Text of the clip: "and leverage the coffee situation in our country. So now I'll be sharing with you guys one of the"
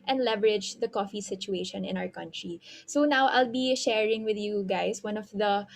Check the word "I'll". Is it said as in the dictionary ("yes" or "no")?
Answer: yes